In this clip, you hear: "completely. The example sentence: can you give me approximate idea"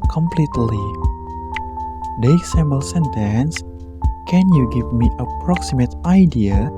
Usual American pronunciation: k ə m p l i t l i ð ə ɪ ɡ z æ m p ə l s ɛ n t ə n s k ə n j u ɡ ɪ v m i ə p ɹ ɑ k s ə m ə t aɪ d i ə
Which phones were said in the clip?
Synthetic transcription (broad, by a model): k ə m p l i t l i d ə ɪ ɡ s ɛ m ə l s ɛ n t ə n s k ə n j u ɡ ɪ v m i ə p ɹ ɑ k s ə m ə t aɪ d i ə